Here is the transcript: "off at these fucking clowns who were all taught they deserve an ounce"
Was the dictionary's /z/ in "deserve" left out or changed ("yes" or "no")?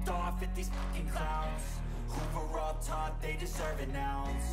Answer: no